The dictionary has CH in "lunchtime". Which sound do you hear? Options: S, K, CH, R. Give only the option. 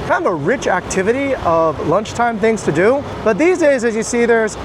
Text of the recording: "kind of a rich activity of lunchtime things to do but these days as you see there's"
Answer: CH